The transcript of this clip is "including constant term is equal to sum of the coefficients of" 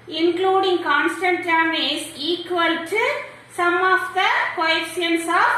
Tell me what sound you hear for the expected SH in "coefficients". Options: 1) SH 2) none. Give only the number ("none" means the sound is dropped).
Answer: 2